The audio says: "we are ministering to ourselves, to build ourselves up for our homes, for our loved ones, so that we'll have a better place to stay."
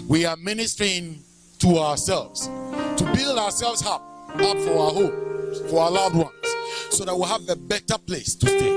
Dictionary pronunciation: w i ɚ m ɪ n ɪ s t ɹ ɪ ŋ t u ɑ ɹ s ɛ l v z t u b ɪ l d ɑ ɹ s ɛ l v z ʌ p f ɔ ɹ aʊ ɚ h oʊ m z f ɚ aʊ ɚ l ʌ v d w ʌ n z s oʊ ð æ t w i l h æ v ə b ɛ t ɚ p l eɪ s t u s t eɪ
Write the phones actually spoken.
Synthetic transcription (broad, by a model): w i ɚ m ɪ n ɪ s t ɹ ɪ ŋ t u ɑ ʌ s ɛ l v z t u b ɪ l d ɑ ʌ s ɛ l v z ʌ p f ɔ ɹ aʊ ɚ h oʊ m f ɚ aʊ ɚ l ʌ v d w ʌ n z s oʊ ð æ t w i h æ v ə b ɛ t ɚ p l eɪ s t u s t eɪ